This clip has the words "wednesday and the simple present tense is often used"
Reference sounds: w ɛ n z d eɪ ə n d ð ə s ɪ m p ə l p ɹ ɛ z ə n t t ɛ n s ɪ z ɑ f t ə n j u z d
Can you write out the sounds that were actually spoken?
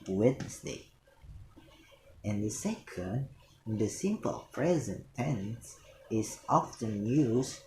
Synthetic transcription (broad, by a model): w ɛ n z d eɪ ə n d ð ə s ɪ m p ə l p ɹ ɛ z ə n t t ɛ n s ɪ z ɑ f t ə n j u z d